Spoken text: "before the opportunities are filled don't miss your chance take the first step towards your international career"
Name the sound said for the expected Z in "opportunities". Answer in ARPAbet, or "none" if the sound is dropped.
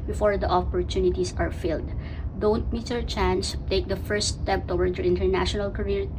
S